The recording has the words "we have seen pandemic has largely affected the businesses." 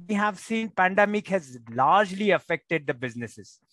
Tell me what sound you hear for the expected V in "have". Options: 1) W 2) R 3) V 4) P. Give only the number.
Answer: 3